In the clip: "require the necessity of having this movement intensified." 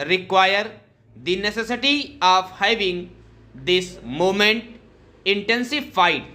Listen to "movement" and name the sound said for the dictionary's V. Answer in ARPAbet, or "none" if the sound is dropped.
none